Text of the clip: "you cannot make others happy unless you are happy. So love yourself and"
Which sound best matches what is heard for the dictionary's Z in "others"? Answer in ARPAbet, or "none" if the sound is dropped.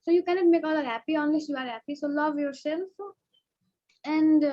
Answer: none